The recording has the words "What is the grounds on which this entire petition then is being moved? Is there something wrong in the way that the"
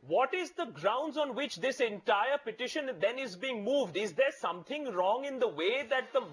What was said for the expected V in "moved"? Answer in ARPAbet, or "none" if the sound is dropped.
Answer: V